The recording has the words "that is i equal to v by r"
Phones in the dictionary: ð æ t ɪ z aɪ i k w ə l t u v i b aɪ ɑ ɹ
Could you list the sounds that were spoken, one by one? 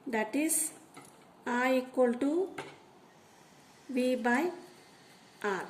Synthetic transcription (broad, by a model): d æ t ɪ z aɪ i k w ə l t u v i b aɪ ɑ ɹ